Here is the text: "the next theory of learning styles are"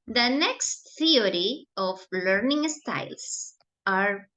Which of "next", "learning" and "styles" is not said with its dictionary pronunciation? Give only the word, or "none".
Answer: styles